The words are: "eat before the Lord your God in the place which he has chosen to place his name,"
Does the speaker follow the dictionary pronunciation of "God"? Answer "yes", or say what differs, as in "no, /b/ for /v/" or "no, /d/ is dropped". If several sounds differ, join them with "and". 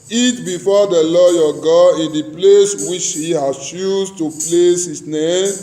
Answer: no, /d/ is dropped